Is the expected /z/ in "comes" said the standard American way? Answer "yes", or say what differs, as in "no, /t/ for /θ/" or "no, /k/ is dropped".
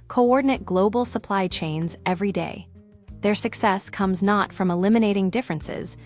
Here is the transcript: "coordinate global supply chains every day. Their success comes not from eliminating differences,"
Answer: yes